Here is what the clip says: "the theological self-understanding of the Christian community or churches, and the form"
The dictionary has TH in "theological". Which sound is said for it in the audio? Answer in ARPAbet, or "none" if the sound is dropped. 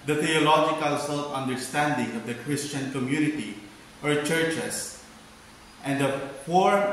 T